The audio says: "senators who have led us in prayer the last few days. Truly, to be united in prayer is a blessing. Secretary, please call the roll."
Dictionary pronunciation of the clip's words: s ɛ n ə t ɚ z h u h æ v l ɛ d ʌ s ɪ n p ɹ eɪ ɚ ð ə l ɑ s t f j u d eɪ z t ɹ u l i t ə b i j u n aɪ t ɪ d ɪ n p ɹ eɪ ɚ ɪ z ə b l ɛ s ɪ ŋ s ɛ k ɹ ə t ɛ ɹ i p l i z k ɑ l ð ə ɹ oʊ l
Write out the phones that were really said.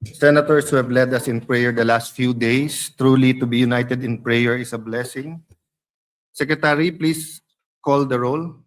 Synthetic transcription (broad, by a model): s ɛ n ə t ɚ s h u h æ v l ɛ d ʌ s ɪ n p ɹ eɪ ɚ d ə l ɑ s t f j u d eɪ s t ɹ u l i t ə b i j u n aɪ t ɪ d ɪ n p ɹ eɪ ɚ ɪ s ə b l ɛ s ɪ ŋ s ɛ k ɹ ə t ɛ ɹ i p l i s k ɑ l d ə ɹ oʊ l